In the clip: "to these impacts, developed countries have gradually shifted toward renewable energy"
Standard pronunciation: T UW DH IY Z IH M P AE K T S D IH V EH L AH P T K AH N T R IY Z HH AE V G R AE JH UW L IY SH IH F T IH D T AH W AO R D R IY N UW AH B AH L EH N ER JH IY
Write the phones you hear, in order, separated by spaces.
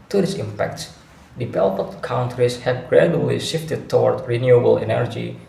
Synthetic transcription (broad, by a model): T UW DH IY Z IH M P AE K T S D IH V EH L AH T K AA N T R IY S HH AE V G R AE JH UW L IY SH IH F T IH D T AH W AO R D R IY N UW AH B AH L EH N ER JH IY